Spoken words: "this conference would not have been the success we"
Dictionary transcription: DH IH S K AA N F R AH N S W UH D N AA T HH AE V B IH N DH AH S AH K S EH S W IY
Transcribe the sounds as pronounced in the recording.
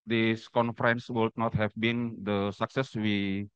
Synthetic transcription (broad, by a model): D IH S K AA N F R AH N S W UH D N AA T HH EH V B IH N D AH S AH K S EH S W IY